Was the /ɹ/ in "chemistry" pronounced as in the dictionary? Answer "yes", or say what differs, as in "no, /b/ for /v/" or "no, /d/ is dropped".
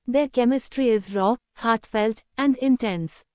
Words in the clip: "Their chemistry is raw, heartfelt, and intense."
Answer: yes